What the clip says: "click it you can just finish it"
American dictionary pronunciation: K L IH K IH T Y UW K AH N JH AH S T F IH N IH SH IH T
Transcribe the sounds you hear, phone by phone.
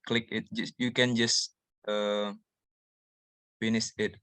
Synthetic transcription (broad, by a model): K L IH K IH T Y UW K AH N JH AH S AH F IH N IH S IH T